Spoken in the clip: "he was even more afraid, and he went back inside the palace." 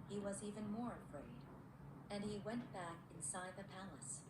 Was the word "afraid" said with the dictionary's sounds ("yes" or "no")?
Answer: yes